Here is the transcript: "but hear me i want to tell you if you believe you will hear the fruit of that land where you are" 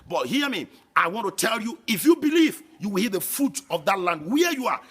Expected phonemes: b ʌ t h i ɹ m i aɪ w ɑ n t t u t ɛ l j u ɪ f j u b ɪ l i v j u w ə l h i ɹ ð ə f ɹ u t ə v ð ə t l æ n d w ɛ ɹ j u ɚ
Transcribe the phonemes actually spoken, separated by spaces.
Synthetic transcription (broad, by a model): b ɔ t h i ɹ m i aɪ w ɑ n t t u t ɛ l j u ɪ f j u b ɪ l i v j u w ə l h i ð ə f u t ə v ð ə t l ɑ n d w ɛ j u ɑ